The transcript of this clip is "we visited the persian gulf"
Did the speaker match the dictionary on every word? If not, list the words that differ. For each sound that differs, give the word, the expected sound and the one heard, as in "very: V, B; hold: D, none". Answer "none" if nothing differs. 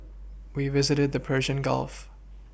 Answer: none